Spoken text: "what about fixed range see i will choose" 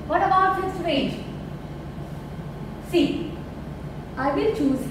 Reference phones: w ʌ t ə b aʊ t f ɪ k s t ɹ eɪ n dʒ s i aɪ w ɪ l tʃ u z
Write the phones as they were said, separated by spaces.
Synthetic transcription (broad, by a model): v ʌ t ə b aʊ t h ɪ s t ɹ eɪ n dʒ s i aɪ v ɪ l tʃ u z